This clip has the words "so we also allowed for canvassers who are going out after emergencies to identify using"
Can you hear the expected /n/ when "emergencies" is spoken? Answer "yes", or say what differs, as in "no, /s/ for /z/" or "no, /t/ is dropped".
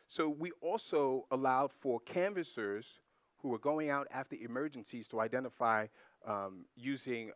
yes